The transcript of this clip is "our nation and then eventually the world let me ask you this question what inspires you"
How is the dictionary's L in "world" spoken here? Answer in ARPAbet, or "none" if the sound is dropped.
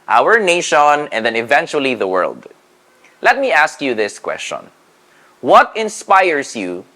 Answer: L